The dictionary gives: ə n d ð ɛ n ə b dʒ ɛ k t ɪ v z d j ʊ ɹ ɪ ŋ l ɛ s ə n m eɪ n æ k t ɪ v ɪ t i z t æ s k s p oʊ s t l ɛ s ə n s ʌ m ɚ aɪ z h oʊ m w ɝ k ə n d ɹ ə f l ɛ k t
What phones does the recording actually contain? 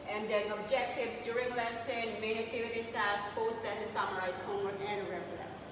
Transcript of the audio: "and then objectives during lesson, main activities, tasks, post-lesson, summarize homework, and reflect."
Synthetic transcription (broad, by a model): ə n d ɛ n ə b dʒ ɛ k t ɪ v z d j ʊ ɹ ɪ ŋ l ɛ s ə n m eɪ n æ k t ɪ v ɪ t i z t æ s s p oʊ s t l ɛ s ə s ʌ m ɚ aɪ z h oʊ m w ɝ ə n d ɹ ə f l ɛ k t